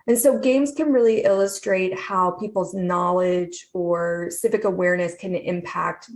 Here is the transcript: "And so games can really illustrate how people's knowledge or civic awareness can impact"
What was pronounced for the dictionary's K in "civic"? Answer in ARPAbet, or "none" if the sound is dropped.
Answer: K